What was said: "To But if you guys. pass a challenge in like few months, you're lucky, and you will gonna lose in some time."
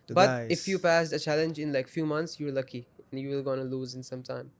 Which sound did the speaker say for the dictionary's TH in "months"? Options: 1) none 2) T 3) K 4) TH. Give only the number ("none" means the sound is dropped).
2